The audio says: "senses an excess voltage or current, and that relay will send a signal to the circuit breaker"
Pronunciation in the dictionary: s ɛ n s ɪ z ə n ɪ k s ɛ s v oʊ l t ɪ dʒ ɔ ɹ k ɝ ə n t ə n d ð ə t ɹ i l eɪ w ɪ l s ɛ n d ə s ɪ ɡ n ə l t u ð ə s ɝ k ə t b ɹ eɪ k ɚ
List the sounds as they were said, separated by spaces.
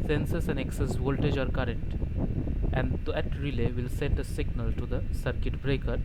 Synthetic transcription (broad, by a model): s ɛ n s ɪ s ə n ɪ k s ɛ s v oʊ l t ɪ dʒ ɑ ɹ k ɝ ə n t ə n d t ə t ɹ i l eɪ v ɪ l s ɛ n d ə s ɪ ɡ n ə l t u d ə s ɝ k ə t b ɹ eɪ k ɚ